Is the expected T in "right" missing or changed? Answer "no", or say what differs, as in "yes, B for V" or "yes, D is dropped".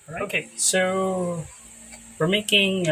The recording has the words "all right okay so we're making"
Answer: yes, T is dropped